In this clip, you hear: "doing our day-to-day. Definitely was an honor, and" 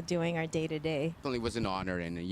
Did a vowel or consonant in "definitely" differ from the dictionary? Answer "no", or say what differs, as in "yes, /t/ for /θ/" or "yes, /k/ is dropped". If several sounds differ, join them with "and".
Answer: yes, /f/ is dropped